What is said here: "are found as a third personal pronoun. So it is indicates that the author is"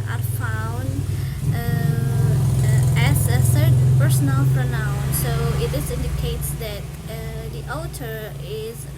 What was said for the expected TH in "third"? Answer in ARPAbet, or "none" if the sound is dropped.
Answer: S